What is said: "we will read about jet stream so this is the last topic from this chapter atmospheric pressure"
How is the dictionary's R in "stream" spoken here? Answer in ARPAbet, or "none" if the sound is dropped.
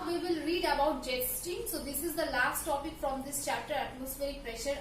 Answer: none